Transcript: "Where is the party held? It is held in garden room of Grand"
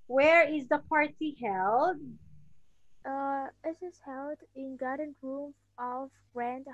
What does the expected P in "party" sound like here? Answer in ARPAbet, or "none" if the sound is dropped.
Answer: P